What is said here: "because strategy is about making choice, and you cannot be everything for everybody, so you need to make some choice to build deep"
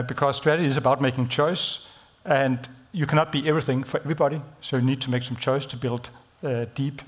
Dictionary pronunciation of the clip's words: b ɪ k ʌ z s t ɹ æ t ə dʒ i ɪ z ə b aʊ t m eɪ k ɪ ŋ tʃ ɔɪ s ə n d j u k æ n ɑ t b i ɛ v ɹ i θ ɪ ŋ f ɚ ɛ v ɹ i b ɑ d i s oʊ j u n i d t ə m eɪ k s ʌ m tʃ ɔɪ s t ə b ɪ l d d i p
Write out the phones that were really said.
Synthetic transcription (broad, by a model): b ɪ k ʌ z s t ɹ æ t ə dʒ i ɪ z ə b aʊ t m eɪ k ɪ ŋ tʃ ɔɪ s ə n d j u k æ n ɑ t b i ɛ v ɹ i θ ɪ ŋ f ɚ ɛ v ɹ i b ɑ d i s oʊ j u n i d t ə m eɪ k s ʌ m tʃ ɔɪ s t ə b ɪ l d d i p